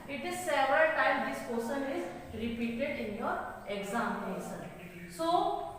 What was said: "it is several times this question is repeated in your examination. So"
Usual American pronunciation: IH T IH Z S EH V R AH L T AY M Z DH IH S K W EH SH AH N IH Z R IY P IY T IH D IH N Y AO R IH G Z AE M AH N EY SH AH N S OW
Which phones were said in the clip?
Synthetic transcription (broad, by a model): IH T IH Z S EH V R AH T AY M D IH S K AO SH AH N IH Z R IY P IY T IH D IH N Y AO R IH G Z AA M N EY S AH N S OW